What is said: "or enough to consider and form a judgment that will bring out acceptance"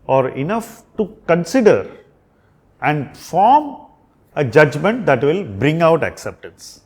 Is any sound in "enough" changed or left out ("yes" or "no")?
no